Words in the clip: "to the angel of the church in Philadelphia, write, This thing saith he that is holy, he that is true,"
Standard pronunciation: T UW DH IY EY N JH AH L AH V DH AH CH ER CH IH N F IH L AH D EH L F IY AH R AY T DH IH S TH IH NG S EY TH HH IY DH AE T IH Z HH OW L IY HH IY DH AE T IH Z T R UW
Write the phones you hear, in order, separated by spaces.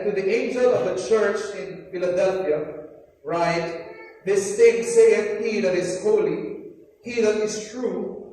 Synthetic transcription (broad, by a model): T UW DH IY EY N JH AH L AH V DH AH CH ER CH IH N F IH L AH D EH L F IY AH R AY T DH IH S T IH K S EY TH HH IY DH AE T IH Z HH OW L IY HH IY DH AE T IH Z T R UW